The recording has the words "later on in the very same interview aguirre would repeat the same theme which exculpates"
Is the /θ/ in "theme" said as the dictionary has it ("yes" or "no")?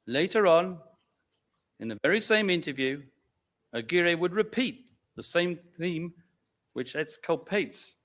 yes